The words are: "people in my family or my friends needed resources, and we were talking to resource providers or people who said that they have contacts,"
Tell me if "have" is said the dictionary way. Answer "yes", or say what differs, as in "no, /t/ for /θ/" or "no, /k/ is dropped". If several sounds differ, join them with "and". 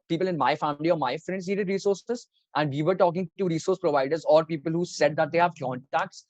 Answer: yes